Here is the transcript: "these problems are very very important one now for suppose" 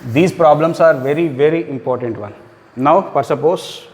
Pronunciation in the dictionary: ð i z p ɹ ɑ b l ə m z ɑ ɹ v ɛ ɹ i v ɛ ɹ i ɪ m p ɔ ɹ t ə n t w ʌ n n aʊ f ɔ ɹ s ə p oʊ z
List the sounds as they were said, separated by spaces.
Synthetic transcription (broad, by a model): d i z p ɹ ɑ b l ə m s ɑ ɹ v ɛ ɹ i v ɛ ɹ i ɪ m p ɔ ɹ t ə n t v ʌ l n aʊ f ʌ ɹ s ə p oʊ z